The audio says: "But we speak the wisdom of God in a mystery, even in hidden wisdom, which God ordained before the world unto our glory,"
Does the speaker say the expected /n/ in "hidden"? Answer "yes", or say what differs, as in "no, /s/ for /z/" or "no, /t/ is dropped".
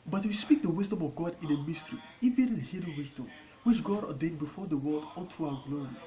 no, /l/ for /n/